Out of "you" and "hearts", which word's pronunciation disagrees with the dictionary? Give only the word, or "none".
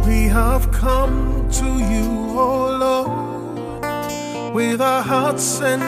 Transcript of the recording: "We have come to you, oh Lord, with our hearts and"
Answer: none